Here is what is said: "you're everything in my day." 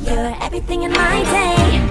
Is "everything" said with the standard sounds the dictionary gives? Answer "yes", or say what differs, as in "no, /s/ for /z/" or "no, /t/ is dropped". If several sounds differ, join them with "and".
yes